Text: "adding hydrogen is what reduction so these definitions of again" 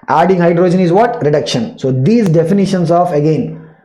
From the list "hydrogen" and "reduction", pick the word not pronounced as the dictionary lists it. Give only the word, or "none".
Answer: none